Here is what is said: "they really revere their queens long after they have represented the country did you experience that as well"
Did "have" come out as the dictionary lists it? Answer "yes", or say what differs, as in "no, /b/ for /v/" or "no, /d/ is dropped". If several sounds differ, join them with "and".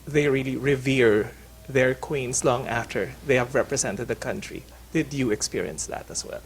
yes